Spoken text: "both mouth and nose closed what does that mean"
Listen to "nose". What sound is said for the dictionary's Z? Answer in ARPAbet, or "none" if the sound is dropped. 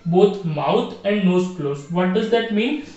S